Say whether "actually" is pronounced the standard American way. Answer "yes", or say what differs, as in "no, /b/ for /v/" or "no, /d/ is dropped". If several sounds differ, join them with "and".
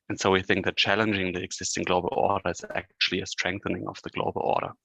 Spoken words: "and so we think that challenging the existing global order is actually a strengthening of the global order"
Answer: yes